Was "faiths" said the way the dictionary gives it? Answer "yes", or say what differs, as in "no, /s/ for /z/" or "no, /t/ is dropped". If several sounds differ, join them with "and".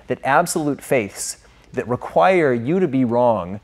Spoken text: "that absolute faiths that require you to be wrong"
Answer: yes